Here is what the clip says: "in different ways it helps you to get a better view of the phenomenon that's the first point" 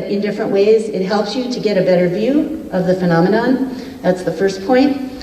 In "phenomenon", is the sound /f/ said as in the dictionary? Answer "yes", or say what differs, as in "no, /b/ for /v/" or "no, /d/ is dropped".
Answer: yes